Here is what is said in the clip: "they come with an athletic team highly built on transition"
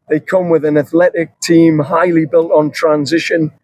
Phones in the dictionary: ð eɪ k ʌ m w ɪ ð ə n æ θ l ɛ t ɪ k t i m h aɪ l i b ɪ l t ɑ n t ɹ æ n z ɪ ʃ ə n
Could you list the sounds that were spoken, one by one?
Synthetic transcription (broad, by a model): ð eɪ k ʌ m w ɪ ð ə n æ θ l ɛ t ɪ k t i m h aɪ l i b ɪ l t n t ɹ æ n z ɪ ʃ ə n